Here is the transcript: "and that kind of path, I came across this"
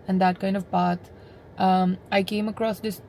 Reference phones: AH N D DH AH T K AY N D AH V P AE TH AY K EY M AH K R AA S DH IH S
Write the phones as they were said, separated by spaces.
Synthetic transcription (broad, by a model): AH N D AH T K AY N D AH V P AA T AY K EY M AH K R AA S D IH S